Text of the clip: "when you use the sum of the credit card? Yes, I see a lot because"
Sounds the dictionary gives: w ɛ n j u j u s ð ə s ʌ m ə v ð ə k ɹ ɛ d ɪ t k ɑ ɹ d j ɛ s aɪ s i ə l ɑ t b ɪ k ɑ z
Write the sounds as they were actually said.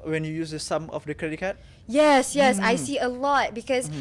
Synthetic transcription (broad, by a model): w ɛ n j u j u s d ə s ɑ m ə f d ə k ɹ ɛ d ɪ t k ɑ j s j ɛ s aɪ s i ə l ɑ t b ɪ k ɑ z